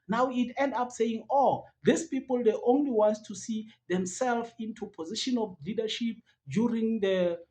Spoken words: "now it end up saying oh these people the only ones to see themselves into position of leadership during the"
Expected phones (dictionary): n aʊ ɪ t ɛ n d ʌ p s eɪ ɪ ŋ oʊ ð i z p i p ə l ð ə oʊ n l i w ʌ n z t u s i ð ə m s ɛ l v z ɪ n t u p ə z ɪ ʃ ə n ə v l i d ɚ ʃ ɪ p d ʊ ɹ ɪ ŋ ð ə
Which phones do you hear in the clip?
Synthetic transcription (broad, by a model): n aʊ ɪ t ɛ n d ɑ p s eɪ ɪ ŋ oʊ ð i s p i p ə l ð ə oʊ n l i w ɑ n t t u s i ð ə m s ɛ l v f ɪ n t u p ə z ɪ ʃ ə n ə f l i d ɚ ʃ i p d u ɹ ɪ ŋ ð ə